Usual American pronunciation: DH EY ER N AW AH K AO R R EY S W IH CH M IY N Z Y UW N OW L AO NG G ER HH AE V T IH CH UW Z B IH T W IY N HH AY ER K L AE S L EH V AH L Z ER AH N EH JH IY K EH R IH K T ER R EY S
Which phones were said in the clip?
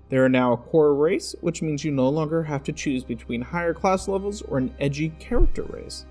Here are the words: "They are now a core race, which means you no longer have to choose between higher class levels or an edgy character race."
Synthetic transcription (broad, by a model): DH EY ER N AW AH K AO R R EY S W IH CH M IY N Z Y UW N OW L AO NG G ER HH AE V T IH CH UW Z B IH T W IY N HH AY ER K L AE S L EH V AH L Z ER AH N EH JH IY K EH R IH K T ER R EY S